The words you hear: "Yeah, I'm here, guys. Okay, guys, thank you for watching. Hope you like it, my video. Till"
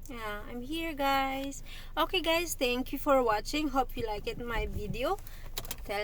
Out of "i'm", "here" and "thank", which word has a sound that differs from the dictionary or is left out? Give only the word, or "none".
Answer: thank